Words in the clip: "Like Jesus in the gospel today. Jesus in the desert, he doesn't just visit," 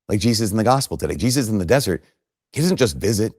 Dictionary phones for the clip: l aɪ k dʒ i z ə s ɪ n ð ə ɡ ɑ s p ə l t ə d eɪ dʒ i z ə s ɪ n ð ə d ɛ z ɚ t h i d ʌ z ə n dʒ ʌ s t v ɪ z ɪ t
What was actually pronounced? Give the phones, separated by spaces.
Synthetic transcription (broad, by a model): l aɪ k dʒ i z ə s n ð ə ɡ ɑ s p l t ə d eɪ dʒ i z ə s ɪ n ð ə d ɛ z ɚ t h i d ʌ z n dʒ ʌ s t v ɪ z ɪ t